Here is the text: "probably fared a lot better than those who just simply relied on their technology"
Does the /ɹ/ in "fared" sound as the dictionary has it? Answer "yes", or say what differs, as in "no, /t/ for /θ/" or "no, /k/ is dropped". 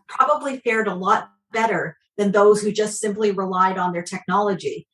yes